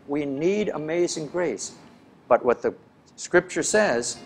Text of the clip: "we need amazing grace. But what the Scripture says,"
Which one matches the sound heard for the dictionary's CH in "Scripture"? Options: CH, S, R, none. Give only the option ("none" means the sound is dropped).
CH